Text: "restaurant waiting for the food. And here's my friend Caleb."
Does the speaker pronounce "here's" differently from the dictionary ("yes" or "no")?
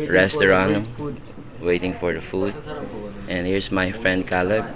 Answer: yes